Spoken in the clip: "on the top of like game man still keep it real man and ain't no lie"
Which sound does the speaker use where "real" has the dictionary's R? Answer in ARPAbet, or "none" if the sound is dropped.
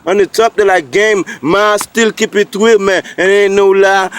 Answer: W